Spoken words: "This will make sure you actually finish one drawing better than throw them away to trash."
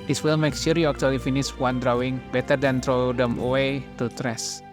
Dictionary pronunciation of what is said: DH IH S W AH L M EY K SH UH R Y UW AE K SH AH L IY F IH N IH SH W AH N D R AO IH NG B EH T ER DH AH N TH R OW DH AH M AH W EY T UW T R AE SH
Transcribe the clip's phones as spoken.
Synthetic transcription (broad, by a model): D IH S W AH L M EY K S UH R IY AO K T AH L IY F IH N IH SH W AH N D R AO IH NG B EH T ER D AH N T R OW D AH M AH W EY T UW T R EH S